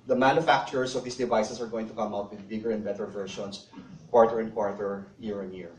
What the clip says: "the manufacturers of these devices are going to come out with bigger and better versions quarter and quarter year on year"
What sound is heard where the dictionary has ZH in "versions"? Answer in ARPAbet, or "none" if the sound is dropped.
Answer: SH